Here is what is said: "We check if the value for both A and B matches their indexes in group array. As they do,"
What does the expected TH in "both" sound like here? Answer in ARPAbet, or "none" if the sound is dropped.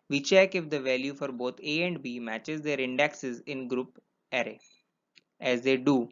T